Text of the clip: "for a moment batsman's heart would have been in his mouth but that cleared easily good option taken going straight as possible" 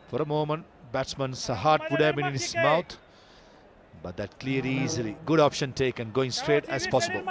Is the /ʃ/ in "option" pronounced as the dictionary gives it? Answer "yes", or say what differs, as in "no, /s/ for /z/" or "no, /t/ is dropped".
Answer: yes